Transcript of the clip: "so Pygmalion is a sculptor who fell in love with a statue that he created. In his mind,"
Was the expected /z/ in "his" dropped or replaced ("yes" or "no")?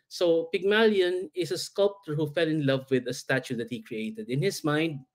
yes